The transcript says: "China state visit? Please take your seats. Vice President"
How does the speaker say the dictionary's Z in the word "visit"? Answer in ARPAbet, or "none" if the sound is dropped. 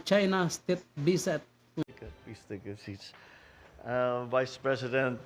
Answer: S